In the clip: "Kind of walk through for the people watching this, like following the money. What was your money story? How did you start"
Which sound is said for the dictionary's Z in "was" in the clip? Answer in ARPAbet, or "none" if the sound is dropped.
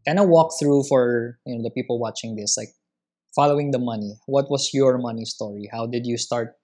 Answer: S